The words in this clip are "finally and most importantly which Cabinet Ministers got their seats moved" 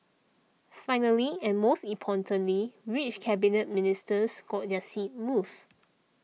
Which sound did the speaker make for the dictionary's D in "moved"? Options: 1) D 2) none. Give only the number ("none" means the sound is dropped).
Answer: 2